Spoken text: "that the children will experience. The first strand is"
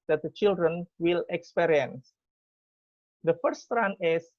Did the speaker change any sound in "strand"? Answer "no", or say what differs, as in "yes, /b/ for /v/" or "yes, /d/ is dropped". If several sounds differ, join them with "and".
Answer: yes, /d/ is dropped